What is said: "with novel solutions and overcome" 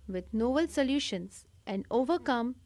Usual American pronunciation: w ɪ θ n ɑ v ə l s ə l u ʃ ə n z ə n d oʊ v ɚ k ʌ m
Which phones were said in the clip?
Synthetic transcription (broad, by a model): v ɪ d n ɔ b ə l s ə l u ʃ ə n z ə n d oʊ v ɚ k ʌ m